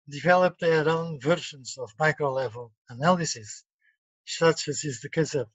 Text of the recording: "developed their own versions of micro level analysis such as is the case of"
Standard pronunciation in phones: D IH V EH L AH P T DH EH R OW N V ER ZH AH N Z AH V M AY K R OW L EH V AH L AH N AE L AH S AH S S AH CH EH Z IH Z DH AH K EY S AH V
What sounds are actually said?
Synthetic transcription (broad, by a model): D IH V EH L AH P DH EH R OW N V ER SH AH N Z AH V M AY K R OW L EH V AH L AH N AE L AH S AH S S AH CH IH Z IH Z DH AH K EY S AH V